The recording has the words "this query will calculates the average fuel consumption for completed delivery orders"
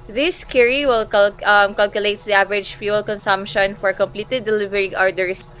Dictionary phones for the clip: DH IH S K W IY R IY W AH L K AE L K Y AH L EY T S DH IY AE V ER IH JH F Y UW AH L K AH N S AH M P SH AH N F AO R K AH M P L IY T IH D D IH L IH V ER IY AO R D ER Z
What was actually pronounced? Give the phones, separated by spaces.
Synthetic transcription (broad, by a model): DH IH S K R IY W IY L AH L K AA L K Y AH L EY T S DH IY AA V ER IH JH F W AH L K AH N S AH M P SH AH N F AO R K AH M P L IY T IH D D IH L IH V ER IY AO R D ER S